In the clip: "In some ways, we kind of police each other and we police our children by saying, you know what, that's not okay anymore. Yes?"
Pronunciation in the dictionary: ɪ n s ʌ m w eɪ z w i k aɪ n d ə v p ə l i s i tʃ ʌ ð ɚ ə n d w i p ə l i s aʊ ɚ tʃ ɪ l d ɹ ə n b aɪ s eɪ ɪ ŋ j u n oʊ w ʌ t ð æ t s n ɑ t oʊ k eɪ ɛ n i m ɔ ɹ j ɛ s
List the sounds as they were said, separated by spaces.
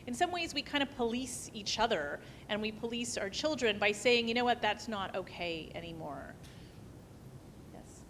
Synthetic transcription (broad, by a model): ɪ n s ʌ m w eɪ z w i k aɪ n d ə p ə l i s i tʃ ʌ ð ɚ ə n w i p ə l i s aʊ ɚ tʃ ɪ l d ɹ ə n b aɪ s eɪ ɪ ŋ j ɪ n oʊ w ʌ t ð æ t s n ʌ t oʊ k eɪ ɛ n i m ɔ ɹ j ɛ s